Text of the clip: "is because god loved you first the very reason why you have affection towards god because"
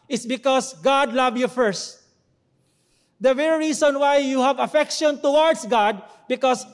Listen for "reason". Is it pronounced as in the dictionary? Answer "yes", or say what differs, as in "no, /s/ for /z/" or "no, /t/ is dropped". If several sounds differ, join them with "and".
no, /s/ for /z/